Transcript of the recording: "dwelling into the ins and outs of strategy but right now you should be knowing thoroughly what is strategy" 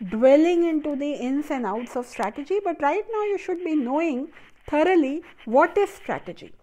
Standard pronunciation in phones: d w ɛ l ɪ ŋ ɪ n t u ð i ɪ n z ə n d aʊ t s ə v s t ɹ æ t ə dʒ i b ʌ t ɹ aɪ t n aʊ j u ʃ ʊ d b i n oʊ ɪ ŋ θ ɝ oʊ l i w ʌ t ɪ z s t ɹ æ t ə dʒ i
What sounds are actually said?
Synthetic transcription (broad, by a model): d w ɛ l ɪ ŋ ɪ n t u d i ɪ n s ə n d aʊ t s ə v s t ɹ æ t ə dʒ i b ʌ t ɹ aɪ t n aʊ j u ʃ ʊ d b i n oʊ ɪ ŋ t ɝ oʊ l i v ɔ t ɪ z s t ɹ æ t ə dʒ i